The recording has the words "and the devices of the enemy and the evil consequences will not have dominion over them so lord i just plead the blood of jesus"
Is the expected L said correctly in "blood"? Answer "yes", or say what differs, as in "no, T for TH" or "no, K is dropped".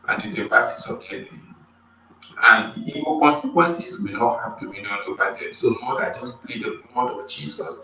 no, L is dropped